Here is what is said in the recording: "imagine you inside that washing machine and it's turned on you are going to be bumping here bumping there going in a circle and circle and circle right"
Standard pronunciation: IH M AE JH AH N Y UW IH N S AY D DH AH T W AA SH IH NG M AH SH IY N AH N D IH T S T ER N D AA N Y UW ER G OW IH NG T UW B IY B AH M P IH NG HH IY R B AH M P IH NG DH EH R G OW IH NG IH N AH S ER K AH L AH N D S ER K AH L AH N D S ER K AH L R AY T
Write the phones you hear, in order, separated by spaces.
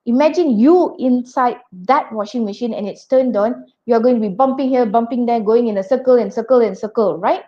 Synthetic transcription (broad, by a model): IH M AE JH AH N Y UW IH N S AY D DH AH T W AA SH IH NG M AH SH IY N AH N IH T S T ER N D AA N Y UW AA G OW IH NG T UW B IY B AH M P IH NG HH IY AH B AH M P IH NG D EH G OW IH NG IH N AH S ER K AH L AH N S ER K AH L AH N S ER K AH L R AY T